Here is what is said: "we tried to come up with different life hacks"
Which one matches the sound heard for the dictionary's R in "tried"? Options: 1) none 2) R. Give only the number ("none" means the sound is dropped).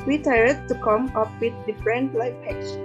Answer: 1